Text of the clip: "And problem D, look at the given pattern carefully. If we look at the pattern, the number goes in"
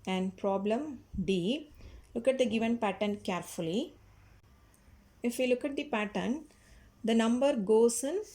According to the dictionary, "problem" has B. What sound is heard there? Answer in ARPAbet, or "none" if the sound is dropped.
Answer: B